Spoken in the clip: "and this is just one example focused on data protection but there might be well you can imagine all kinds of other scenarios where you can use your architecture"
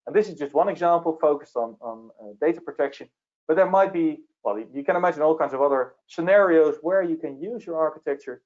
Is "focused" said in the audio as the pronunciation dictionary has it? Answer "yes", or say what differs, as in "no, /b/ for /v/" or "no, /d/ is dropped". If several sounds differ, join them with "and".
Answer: yes